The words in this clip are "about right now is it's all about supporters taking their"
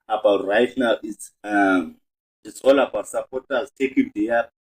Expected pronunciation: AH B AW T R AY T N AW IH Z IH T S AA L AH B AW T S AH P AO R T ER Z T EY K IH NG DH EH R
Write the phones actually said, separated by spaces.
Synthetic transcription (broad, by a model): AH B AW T R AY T N AW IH S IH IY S AA L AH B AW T S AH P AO T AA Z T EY K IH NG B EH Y